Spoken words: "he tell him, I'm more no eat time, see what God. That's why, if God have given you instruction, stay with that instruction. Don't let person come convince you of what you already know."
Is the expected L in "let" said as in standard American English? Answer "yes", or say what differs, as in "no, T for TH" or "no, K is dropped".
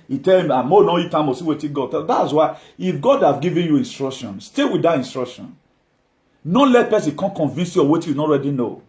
yes